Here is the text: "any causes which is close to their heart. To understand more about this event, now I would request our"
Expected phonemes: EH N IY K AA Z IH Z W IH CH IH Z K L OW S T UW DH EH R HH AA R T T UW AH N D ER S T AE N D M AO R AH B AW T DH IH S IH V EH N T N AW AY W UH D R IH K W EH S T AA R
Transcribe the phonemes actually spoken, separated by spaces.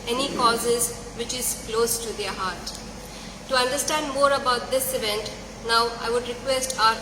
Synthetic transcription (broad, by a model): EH N IY K AA Z IH Z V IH CH IH Z K L OW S T UW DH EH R HH AA R T T UW AH N D ER S T AE N D M AO R AH B AW T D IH S IH V EH N T N AW AY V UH D R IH K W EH S T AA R